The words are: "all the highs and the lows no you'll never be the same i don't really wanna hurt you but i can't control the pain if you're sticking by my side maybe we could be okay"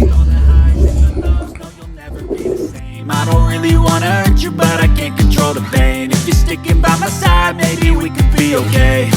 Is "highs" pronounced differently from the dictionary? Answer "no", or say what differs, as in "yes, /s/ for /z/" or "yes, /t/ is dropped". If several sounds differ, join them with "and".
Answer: yes, /z/ is dropped